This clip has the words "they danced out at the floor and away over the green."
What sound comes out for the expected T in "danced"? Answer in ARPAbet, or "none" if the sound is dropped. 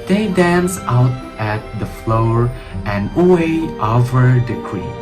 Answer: none